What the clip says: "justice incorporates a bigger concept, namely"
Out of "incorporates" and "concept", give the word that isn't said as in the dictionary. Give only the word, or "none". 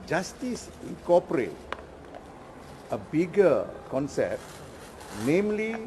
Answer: incorporates